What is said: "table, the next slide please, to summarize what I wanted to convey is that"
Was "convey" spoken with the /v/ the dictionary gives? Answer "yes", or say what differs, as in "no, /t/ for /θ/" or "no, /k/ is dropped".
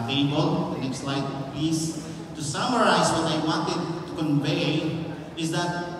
yes